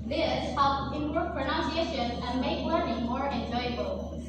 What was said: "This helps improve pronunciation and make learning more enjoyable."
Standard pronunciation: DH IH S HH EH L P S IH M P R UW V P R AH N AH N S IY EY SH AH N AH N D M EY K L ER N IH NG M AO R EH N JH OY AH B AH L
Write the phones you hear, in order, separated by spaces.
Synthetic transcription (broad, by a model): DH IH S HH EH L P IH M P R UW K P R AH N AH N S IY EY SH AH N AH N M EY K W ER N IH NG M AO R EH N JH OY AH B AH L